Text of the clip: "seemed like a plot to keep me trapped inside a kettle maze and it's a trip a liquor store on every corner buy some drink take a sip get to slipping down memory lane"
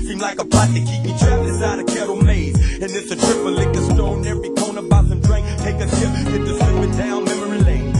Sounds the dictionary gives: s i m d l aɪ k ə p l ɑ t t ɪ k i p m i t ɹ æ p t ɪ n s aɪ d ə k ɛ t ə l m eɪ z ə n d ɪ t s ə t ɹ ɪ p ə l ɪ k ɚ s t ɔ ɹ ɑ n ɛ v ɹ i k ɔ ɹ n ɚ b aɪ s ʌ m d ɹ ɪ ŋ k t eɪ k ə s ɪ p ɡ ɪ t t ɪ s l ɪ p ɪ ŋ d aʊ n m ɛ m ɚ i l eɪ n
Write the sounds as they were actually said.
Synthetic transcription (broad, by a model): s i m l aɪ k ə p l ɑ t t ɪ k i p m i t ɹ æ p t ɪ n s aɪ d ə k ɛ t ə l m eɪ z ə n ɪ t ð ə t ɹ ɪ p ə l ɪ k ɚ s t ɔ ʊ n ɛ v ɹ i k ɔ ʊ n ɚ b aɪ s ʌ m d ɹ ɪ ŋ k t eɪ k ə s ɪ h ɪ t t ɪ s ɪ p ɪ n d aʊ n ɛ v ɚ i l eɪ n